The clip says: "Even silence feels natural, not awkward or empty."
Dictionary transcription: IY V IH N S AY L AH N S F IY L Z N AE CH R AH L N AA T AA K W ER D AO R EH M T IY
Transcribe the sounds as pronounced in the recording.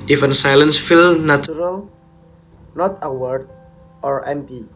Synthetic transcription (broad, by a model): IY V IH N S AY L AH N S F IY L N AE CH R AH L N AA T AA W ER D AO R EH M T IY